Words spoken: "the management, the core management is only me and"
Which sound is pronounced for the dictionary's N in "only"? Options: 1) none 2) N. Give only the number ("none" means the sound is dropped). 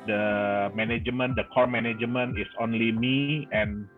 2